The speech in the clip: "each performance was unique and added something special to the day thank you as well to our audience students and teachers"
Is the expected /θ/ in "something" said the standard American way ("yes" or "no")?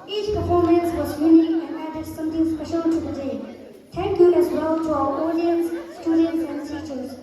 no